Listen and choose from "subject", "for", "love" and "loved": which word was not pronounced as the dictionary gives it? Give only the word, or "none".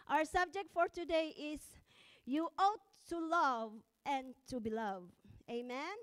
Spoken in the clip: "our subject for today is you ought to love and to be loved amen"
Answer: loved